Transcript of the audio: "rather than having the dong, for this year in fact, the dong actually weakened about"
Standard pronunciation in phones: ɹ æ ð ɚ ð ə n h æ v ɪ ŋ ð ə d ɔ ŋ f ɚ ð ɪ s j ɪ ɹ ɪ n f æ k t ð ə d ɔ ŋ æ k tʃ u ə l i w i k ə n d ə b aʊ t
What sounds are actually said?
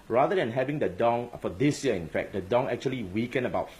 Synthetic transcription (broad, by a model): ɹ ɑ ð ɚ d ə n h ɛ v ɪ ŋ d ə d ɔ ŋ f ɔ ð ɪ s j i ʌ ɪ n f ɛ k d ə d ɔ ŋ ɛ k tʃ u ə l i w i k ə n ə b aʊ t